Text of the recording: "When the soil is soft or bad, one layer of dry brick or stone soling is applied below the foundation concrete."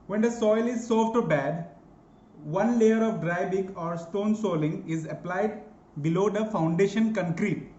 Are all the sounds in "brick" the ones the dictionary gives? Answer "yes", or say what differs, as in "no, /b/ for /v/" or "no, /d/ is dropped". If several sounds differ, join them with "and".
no, /ɹ/ is dropped